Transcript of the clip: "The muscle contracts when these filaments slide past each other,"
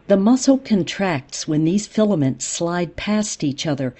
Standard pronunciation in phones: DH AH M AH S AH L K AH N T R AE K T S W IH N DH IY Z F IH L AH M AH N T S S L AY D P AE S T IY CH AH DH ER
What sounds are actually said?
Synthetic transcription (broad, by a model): DH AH M AH S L K AH N T R AE K T S W IH N DH IY Z F IH L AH M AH N T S S L AY D P AE S T IY CH AH DH ER